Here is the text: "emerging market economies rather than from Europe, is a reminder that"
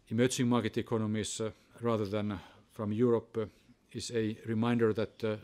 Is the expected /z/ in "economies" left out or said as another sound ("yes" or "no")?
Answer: yes